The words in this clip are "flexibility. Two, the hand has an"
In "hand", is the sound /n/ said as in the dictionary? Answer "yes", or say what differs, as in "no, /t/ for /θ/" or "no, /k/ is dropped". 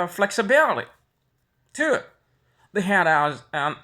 no, /n/ is dropped